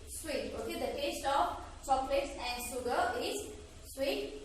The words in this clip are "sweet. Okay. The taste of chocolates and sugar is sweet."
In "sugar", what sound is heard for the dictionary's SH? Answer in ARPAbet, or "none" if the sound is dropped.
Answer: S